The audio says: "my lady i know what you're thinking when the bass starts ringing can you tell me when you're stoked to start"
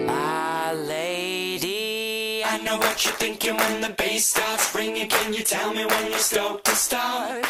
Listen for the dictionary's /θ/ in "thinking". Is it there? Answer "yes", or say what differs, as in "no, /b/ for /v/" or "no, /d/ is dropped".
yes